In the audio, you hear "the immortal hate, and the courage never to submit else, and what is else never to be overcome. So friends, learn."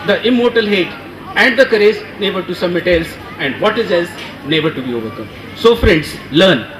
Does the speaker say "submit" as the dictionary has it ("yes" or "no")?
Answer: no